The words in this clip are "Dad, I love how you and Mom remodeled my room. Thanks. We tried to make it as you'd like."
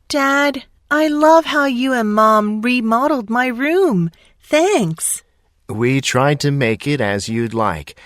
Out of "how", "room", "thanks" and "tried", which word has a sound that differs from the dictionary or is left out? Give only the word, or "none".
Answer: none